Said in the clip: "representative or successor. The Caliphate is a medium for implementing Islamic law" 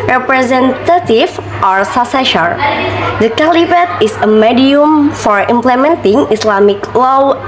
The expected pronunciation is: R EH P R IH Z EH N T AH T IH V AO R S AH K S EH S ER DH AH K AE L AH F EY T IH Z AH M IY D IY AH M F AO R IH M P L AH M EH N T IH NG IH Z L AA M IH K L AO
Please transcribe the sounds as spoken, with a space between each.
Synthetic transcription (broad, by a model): R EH P R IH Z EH N T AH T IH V AO R S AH S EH SH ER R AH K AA L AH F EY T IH S AH M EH D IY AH M F AO R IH M P L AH M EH N T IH NG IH S L AA M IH K L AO